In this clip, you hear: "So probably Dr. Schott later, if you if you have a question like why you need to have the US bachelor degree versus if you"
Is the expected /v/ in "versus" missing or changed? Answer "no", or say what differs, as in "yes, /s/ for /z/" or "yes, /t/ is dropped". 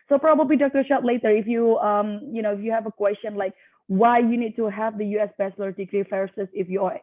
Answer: yes, /f/ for /v/